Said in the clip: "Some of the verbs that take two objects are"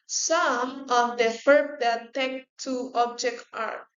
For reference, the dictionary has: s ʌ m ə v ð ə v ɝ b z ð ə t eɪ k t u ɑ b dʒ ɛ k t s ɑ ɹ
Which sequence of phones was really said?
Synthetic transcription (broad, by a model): s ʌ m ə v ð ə f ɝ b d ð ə t eɪ k t u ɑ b dʒ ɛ k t ɑ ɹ